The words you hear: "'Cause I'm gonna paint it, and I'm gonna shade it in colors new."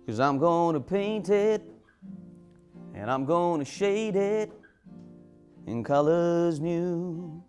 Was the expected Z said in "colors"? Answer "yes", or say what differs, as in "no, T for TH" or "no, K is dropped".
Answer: yes